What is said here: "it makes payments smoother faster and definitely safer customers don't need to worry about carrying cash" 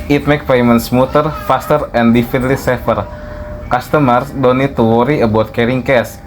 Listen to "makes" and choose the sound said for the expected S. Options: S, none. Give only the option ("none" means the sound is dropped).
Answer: none